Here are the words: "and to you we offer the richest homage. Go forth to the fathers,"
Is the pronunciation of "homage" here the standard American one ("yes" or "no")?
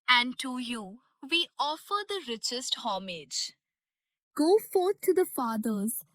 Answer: yes